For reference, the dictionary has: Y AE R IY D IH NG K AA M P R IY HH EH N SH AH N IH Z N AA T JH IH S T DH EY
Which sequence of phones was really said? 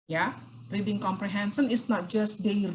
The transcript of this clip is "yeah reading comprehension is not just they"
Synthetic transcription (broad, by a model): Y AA R IY D IH NG K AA M P R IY HH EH N S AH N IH S N AA T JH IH S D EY